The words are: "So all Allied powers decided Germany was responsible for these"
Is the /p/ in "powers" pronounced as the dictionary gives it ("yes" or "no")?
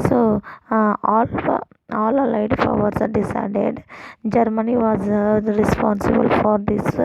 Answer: no